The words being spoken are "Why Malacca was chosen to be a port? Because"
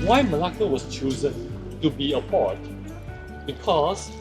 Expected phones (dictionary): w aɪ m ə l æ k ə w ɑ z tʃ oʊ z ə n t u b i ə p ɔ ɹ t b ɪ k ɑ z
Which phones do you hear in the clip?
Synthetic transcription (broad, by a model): w aɪ m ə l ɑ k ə w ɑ s tʃ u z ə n t u b i ə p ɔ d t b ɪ k ɑ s